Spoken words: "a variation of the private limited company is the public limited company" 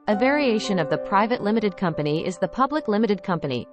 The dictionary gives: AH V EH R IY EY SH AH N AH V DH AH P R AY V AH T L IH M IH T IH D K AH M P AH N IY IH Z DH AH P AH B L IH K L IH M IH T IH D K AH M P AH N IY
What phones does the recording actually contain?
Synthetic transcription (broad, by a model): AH V EH R IY EY SH AH N AH V DH AH P R AY V AH T L IH M IH T IH D K AH M P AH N IY IH Z DH AH P AH B L IH K L IH M IH T IH D K AH M P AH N IY